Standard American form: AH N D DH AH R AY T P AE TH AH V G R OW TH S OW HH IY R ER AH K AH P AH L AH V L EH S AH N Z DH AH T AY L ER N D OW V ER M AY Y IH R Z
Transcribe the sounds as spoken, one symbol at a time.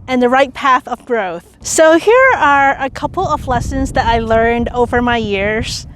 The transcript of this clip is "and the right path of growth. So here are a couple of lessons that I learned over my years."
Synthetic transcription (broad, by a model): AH N DH AH R AY T P AE TH AH V G R OW TH S OW HH IY R ER AH K AH P L AH V L EH S AH N Z DH AH T AY L ER N D OW V ER M AY Y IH R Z